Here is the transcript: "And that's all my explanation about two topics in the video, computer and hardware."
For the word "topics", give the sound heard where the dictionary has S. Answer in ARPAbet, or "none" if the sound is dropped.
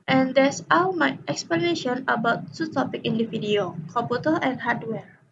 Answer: none